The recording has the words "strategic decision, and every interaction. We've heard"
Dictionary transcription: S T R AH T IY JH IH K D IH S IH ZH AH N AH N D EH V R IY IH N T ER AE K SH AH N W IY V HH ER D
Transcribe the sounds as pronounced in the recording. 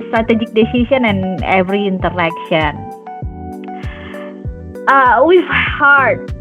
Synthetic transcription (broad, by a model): S T R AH T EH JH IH K D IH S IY S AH N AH N EH V R IY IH N T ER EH K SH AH N W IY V HH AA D